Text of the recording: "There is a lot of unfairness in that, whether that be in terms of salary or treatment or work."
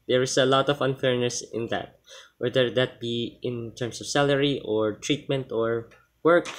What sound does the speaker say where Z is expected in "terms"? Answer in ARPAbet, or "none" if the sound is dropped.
S